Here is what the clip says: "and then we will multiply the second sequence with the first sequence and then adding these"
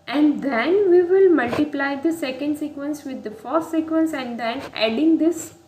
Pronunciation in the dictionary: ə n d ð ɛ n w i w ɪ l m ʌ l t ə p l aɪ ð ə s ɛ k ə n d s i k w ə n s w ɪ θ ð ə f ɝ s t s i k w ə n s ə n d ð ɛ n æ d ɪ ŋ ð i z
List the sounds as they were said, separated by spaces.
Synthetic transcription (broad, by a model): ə n d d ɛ n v i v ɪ l m ʌ l t ə p l aɪ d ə s ɛ k ə n d s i k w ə n s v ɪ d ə f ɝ t s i k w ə n s ə n d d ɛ n æ d ɪ ŋ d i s